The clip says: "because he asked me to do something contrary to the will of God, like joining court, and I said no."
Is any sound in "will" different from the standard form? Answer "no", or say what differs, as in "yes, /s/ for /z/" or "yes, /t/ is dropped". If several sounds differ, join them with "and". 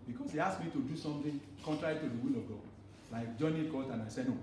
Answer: no